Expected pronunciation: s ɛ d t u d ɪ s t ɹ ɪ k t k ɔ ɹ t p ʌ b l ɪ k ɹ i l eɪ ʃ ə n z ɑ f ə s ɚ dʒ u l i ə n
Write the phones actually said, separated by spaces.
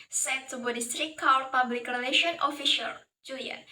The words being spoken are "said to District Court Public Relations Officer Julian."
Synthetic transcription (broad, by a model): s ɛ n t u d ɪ s t ɹ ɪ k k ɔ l p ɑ b l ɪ k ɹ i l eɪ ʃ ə n ɑ f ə ʃ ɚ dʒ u l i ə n